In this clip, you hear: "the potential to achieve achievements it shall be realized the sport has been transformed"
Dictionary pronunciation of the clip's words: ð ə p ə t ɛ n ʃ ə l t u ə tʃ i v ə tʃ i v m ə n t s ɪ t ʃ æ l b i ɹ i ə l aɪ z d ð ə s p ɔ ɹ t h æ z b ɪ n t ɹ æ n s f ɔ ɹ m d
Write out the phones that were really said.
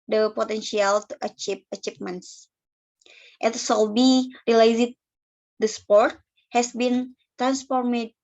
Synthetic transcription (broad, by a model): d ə p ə t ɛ n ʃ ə l t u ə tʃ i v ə tʃ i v m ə n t s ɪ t s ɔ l b i ɹ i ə l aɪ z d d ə s p ɔ ɹ t h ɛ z b ɪ n t ɹ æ n s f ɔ ɹ m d